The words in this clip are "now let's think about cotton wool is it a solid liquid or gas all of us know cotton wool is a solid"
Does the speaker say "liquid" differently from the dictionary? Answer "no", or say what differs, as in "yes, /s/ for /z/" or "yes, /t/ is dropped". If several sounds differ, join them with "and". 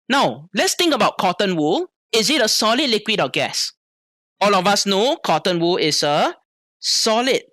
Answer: no